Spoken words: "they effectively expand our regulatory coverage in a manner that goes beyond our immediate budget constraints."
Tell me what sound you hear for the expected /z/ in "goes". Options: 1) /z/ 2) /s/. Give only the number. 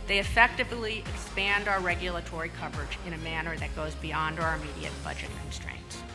1